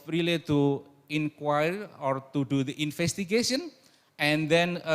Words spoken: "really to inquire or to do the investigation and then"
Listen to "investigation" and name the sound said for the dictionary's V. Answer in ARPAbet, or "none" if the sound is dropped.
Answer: F